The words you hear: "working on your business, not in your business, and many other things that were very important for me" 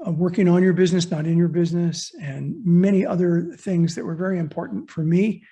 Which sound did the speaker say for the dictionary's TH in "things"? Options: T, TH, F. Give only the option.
TH